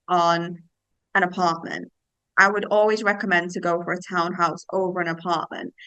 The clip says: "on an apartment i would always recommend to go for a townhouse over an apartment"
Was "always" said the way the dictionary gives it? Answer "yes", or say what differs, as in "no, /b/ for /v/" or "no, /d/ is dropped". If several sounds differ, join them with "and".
yes